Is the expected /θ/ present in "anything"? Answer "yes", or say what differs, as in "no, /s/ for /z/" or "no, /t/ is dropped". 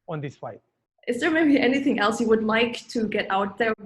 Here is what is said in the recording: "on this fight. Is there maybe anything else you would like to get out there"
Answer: yes